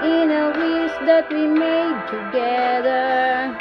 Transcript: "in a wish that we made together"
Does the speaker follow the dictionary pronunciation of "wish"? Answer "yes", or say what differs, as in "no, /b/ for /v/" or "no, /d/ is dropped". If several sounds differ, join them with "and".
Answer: no, /s/ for /ʃ/